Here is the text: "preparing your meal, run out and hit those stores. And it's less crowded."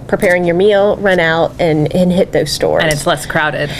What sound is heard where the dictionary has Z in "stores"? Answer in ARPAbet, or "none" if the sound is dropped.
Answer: none